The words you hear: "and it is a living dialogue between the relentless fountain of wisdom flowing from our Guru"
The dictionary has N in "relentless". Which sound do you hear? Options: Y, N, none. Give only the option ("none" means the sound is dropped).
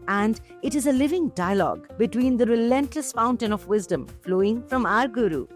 N